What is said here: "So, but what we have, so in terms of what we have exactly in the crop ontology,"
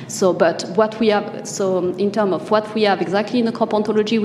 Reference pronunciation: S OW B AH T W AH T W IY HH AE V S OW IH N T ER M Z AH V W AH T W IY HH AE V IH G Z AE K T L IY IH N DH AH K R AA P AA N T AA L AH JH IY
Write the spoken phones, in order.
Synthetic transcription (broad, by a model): S OW B AH T W AH T W IY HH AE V S OW IH N T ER M AH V W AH T W IY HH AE V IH G Z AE K T L IY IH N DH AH K AA P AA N T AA L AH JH IY